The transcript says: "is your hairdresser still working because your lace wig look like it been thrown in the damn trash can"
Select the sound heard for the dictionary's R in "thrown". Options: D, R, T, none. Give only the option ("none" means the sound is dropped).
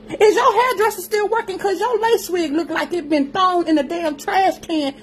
none